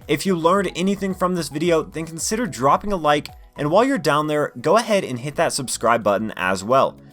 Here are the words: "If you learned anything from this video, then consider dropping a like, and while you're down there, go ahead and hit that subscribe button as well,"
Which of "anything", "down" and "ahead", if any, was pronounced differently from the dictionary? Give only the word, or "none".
none